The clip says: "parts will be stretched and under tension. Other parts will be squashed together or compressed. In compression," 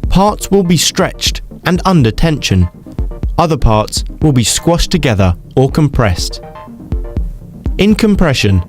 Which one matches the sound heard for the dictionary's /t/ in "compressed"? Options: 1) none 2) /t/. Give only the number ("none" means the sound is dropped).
2